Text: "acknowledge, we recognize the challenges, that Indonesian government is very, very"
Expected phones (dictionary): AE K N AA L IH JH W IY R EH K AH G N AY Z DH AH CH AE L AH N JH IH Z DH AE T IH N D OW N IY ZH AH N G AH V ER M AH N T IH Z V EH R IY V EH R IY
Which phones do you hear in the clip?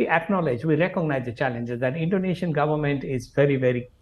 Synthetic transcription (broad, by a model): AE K N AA L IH JH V IY R EH K AH G N AY Z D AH CH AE L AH N JH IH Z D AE T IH N D OW N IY SH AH N G AH V ER M AH N T IH Z V EH R IY V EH R IY